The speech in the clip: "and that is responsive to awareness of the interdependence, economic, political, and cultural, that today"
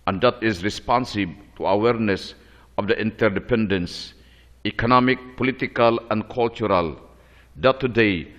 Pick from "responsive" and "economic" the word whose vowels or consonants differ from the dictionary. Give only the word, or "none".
responsive